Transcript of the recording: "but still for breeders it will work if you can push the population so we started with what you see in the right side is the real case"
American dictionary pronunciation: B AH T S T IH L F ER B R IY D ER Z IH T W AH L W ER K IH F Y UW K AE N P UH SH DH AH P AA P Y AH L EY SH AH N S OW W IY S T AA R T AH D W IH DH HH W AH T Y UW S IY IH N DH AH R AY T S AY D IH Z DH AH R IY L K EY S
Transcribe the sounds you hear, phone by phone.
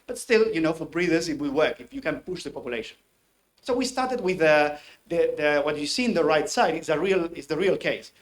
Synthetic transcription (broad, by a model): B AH T S T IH L F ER B R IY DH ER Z IH T W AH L W ER K IH F Y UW K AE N P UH SH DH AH P AA P Y AH L EY SH AH N S OW W IY S T AA R T AH D W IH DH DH W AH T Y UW S IY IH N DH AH R AY T S AY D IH S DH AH R IY L K EY S